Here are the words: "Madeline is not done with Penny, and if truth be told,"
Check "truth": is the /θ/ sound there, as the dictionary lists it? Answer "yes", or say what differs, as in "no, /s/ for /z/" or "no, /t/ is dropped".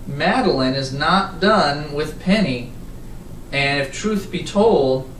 yes